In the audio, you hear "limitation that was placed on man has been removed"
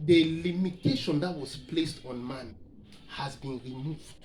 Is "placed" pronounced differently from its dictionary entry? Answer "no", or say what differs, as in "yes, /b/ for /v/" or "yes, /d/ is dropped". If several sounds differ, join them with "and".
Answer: no